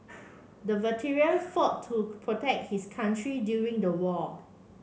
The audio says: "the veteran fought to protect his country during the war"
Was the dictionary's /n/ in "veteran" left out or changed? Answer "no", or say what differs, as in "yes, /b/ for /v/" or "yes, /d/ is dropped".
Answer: yes, /l/ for /n/